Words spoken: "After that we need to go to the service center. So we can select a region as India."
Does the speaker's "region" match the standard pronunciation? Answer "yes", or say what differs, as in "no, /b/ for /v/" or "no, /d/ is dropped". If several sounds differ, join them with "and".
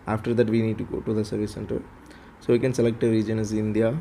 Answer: yes